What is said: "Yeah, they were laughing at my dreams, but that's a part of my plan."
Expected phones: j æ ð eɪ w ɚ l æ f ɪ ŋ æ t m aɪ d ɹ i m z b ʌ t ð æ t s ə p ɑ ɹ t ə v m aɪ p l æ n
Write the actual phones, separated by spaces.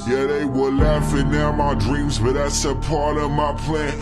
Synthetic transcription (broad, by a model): j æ ð eɪ w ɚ l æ f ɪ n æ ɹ m aɪ d ɹ i m z b ʌ t ð æ t s ə p ɑ ɹ t ə v m aɪ p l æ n